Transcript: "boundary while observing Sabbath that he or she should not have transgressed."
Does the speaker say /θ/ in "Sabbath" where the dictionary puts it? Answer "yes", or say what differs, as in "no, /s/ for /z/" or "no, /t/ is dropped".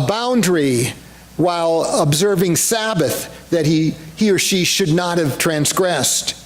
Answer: yes